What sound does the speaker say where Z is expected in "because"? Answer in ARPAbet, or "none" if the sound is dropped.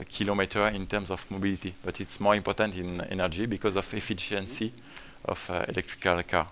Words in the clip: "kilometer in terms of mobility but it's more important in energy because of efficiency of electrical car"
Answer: Z